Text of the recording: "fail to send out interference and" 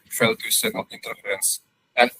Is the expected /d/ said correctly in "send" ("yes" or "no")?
no